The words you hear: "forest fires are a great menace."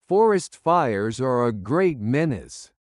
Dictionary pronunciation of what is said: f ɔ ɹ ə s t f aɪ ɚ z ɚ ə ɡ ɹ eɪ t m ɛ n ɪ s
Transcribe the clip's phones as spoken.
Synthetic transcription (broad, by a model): f ɔ ɹ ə s t f aɪ ɚ z ɚ ə ɡ ɹ eɪ t m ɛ n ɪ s